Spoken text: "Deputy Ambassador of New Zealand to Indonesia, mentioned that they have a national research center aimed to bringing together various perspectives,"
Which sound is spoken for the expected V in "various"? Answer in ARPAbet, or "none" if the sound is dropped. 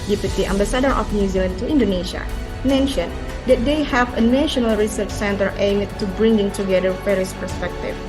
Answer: F